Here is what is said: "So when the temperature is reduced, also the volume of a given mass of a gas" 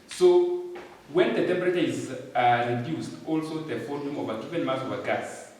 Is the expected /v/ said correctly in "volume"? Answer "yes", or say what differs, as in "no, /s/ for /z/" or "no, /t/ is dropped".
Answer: no, /f/ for /v/